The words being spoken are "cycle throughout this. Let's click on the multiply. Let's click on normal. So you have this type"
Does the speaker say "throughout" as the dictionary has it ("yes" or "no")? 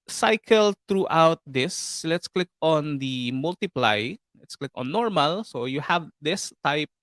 no